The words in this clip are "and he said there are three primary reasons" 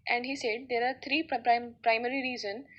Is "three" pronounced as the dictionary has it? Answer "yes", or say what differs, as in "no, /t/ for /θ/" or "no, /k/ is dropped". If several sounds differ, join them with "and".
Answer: no, /t/ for /θ/